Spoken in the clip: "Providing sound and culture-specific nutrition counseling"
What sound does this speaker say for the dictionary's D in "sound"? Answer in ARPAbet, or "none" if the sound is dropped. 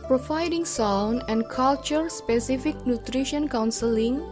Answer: none